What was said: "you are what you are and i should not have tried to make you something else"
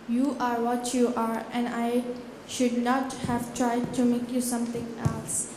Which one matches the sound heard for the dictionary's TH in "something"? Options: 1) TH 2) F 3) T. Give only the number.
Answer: 3